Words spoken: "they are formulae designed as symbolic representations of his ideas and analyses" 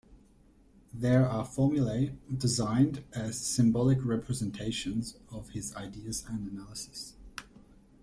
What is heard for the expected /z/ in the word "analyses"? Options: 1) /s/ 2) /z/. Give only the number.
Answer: 1